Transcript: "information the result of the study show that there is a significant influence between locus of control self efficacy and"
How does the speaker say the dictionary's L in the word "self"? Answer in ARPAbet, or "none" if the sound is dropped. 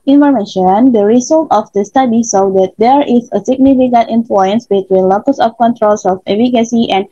none